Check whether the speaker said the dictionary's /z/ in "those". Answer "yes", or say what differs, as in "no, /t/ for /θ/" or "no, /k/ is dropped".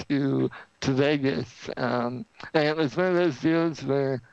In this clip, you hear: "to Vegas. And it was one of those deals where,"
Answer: yes